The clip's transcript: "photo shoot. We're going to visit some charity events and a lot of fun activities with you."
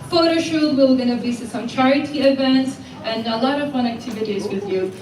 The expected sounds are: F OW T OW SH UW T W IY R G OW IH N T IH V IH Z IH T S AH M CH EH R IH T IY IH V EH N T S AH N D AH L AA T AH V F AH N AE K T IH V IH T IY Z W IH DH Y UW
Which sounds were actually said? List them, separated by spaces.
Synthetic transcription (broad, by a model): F OW T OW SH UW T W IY L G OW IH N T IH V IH S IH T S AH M CH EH R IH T IY IH V EH N T S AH N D AH L AA T AH V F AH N AE K T IH V IH T IY Z W IH DH Y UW